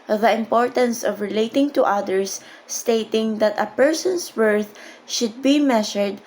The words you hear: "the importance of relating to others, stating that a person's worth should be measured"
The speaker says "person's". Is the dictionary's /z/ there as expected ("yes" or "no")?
no